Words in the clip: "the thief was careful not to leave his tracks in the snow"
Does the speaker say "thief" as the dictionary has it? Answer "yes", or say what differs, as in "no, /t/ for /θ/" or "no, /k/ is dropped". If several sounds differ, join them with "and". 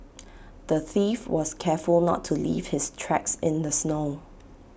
yes